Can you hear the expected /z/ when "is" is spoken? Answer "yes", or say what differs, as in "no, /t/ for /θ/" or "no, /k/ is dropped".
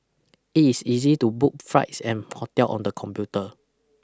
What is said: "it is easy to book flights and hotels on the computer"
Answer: no, /s/ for /z/